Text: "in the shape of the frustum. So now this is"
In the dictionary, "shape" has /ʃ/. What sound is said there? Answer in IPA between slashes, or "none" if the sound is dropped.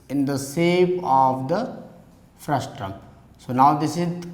/s/